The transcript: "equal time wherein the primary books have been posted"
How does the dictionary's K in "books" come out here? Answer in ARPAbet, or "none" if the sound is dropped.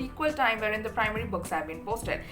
K